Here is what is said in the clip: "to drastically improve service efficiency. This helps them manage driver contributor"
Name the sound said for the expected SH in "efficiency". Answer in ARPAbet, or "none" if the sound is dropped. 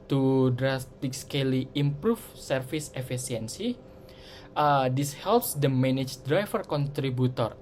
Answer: S